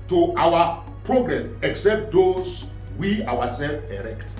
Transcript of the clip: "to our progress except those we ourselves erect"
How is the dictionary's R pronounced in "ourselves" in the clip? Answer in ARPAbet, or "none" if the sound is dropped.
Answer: W